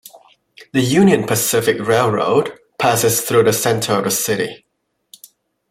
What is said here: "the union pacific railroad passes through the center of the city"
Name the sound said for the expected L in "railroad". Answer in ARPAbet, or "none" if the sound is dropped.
L